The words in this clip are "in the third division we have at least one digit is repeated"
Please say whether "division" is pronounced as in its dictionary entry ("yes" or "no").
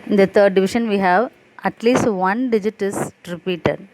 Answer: no